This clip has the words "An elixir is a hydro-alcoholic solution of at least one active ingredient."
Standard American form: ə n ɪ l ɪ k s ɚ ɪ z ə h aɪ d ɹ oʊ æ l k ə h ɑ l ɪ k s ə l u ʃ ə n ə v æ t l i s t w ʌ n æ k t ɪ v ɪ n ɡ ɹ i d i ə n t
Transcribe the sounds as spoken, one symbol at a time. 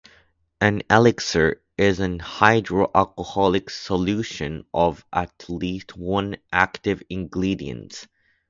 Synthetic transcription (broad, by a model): ə n ɪ l ɪ k s ɚ ɪ z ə h aɪ d ɹ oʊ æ l k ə h ɑ l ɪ k s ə l u ʃ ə n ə v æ t l i s t w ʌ n æ k t ɪ v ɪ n ɡ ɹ i d i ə n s